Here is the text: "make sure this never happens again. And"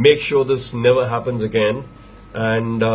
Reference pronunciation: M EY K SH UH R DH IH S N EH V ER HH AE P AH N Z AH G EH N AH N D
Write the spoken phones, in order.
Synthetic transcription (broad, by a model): M EY K SH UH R DH IH S N EH V ER HH AE P AH N Z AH G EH N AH N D